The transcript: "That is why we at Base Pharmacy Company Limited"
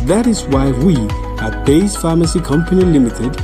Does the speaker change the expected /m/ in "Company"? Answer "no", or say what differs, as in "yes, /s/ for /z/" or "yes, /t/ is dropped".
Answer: no